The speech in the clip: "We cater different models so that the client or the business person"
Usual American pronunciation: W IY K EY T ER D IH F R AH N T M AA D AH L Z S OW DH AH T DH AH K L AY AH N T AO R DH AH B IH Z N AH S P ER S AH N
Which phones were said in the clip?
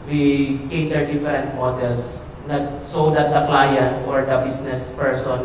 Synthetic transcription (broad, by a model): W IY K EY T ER D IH F R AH N T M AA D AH L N S OW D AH T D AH K L AY AH N T AO R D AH B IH S N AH S P ER S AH N